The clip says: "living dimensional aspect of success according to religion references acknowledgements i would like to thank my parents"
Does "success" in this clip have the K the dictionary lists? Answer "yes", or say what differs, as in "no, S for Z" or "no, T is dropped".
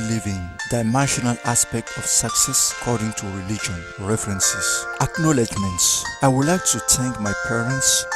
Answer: yes